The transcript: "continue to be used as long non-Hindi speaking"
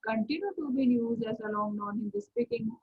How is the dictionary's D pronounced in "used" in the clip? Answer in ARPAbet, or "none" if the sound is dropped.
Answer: none